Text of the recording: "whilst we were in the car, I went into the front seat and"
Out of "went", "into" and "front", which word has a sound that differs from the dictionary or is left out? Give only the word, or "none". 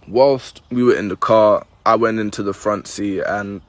none